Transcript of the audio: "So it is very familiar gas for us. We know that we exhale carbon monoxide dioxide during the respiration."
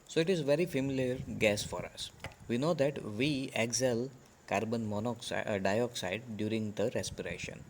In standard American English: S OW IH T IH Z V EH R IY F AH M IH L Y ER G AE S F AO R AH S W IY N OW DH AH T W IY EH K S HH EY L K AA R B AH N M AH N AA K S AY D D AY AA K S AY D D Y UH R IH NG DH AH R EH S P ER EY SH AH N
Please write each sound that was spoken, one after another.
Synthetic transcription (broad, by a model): S OW IH T IH Z V EH R IY F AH M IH L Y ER G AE S F AO R AH S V IY N OW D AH T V IY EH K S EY L K AA R B AH N M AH N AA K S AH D D AY AA K S AY D D Y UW R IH NG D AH R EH S P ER EY SH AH N